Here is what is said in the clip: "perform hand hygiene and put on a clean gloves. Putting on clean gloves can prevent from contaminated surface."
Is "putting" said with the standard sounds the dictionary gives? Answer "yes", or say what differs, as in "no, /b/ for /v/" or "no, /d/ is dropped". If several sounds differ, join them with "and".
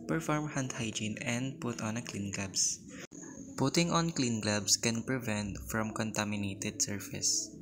yes